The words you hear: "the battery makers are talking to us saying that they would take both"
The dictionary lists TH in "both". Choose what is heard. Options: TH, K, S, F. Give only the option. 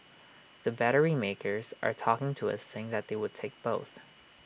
TH